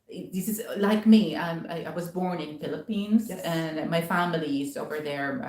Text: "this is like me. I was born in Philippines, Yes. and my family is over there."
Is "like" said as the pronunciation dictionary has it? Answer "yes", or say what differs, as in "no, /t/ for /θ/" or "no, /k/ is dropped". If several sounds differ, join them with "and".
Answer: yes